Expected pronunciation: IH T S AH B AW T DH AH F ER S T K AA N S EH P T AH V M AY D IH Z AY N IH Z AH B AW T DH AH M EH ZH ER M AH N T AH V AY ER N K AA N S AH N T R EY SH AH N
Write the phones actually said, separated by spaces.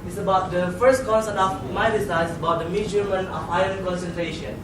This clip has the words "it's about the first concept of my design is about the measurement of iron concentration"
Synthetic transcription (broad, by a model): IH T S AH B AW T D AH F ER S T K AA N S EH T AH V M AY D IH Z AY IH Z AH B AW T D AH M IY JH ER M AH N AH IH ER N K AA N S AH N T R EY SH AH N